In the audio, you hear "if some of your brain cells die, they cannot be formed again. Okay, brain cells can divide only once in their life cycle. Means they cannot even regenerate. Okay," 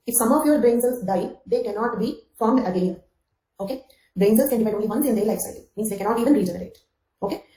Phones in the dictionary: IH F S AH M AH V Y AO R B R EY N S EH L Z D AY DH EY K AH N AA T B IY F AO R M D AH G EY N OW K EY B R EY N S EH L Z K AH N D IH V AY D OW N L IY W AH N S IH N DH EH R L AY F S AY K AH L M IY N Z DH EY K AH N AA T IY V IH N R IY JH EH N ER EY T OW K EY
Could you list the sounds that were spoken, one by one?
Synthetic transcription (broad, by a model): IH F S AH M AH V Y AO R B R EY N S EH L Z D AY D EY K AH N AA T B IY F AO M AH G EY N OW K EY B R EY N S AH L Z K AH N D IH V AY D OW N L IY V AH N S IH N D EH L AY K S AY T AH M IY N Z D EY K AH N AA T IY V IH N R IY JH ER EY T OW K EY